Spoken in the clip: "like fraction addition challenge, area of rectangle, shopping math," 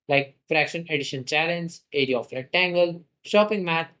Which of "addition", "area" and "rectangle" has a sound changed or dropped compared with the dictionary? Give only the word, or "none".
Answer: rectangle